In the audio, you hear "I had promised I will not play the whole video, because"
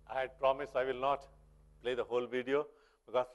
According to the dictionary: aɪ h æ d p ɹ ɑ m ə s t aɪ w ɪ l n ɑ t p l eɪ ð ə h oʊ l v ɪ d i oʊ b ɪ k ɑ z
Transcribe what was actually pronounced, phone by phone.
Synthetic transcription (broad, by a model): aɪ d p ɹ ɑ m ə s aɪ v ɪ l n ɑ t p l eɪ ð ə h oʊ l v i d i oʊ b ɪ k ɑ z